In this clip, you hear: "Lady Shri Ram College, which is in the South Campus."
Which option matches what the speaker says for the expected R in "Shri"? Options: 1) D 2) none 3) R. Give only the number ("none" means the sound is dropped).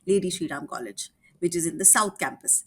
2